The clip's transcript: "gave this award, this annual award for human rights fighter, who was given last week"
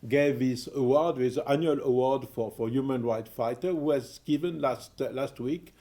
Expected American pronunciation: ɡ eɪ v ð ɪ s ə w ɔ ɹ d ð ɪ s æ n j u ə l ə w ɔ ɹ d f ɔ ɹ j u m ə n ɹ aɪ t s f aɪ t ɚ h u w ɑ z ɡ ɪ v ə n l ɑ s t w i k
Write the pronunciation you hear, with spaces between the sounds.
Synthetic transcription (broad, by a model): ɡ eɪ v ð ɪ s ə w ɔ ɹ d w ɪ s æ n j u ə l ə w ɔ ɹ d f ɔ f j u m ə n ɹ aɪ t f aɪ t ɚ h u w ɑ z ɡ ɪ v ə n l ɑ s t w i k